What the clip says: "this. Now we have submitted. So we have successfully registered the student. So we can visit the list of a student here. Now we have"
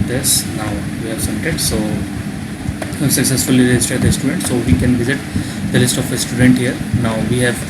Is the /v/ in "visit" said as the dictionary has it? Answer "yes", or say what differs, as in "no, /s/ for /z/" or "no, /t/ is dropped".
yes